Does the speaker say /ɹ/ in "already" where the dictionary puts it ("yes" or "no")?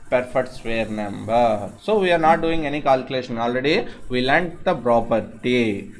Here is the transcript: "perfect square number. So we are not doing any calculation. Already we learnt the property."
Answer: yes